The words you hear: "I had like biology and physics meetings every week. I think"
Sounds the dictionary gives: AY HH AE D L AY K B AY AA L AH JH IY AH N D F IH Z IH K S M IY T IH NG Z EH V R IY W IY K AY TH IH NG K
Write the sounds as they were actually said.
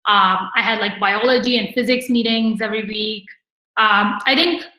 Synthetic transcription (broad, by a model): AY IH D L AY K B AY AA L AH JH IY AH N F IH Z IH K S M IY T IH NG Z EH V R IY W IY K AY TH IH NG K